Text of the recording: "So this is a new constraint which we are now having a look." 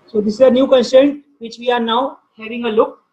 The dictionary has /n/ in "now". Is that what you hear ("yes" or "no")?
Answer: yes